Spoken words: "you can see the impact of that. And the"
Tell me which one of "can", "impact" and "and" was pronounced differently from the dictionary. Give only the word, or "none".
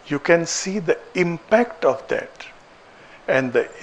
none